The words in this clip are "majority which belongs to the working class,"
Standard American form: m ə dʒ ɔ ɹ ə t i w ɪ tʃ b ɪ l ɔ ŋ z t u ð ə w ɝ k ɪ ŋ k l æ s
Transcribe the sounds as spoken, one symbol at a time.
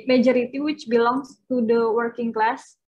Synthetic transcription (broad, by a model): m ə dʒ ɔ ɹ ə t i w ɪ tʃ b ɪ l ɔ ŋ s t u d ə w ɝ k ɪ ŋ k l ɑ s